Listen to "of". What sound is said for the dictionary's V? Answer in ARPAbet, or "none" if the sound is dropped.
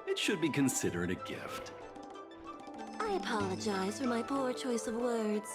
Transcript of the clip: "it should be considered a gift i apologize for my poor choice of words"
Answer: V